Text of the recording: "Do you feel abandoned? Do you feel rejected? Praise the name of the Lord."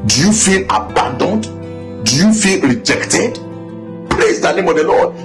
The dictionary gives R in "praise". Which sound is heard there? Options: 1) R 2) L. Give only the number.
2